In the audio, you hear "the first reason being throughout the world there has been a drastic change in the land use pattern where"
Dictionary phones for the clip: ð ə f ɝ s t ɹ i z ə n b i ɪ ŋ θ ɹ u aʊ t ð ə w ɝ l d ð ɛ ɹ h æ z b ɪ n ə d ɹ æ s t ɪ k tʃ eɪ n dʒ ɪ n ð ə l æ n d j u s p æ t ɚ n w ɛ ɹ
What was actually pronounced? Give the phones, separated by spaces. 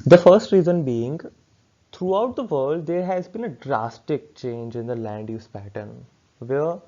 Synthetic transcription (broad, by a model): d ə f ɝ s t ɹ i z ə n b i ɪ ŋ t ɹ u aʊ t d ə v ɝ l d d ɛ ɹ h æ z b ɪ n ə d ɹ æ s t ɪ k tʃ eɪ n dʒ ɪ n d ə l æ n d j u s p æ t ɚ n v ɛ ɹ